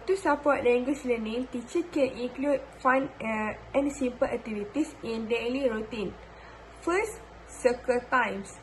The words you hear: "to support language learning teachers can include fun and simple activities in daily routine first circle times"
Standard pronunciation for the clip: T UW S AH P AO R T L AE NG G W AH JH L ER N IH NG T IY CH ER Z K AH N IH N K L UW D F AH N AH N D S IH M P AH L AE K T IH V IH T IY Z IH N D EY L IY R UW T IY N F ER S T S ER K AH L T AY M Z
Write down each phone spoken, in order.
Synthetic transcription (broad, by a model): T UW S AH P AO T L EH NG G W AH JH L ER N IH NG T IY CH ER K AH N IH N K L UW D F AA N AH N S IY M P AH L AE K T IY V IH T IY S IH N D EY L IY R UW T IY N F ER S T S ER K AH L T AY M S